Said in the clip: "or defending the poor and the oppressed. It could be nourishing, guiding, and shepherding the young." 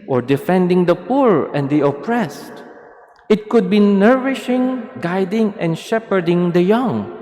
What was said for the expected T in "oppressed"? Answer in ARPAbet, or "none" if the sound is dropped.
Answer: T